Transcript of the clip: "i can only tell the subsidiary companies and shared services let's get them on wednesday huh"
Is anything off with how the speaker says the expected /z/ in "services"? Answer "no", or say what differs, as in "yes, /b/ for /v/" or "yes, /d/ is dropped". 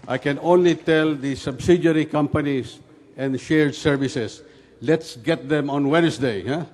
yes, /s/ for /z/